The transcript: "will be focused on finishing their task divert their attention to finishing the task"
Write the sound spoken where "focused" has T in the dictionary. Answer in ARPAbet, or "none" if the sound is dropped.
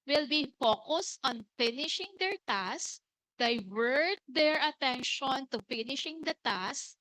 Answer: T